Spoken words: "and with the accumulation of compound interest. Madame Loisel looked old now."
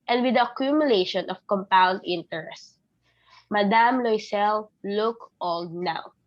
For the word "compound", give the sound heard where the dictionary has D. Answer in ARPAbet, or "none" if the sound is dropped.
D